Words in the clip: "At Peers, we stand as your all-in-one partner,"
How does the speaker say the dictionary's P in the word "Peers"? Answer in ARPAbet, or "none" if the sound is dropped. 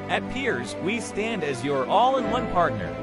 P